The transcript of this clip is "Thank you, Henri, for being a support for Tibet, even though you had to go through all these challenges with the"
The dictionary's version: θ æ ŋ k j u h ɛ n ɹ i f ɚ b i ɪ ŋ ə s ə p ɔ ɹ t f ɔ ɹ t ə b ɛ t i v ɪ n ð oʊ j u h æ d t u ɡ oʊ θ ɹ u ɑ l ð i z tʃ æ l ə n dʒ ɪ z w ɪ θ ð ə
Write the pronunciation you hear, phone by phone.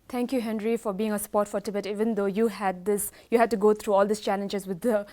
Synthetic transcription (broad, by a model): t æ ŋ k j u h ɛ n ɹ i f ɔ b i ɪ ŋ ə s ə p ɔ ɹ t f ɔ ɹ t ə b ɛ t i v ɪ n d oʊ j u h æ d t u ɡ oʊ t ɹ u ɑ l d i s tʃ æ l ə n dʒ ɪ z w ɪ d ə